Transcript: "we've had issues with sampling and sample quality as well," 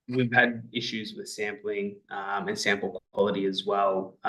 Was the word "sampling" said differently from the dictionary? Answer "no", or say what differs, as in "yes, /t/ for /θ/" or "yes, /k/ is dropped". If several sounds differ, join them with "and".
no